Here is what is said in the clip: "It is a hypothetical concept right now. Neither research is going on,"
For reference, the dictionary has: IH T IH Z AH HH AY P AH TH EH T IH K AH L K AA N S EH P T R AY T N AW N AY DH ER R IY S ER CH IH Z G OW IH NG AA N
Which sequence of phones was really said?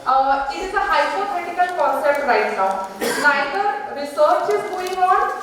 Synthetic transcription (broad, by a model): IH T IH Z AH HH AY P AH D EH T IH K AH L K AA N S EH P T R AY T N AW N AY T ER R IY S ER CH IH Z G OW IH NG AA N